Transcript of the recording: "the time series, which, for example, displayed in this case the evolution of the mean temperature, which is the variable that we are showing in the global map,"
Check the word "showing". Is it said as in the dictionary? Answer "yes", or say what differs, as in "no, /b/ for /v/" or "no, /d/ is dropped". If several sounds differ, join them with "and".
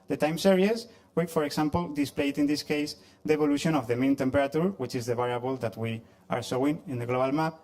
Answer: no, /s/ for /ʃ/